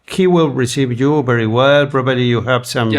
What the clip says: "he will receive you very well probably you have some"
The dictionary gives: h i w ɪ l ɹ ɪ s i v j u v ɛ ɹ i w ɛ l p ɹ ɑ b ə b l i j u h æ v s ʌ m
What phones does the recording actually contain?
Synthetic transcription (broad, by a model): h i w ɪ l ɹ ɪ s i v j u v ɛ ɹ i w ɛ l b ɹ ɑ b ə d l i j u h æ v s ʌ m